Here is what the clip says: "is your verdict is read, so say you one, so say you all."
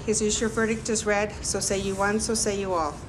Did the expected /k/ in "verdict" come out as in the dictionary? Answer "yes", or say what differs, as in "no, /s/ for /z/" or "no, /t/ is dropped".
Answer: yes